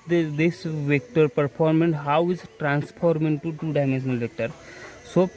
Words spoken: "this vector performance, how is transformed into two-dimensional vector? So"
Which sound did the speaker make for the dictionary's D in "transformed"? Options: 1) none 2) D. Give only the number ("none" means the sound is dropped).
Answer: 1